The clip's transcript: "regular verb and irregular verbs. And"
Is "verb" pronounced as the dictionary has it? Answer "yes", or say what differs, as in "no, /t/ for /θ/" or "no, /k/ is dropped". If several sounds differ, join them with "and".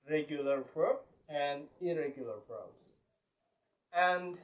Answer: no, /f/ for /v/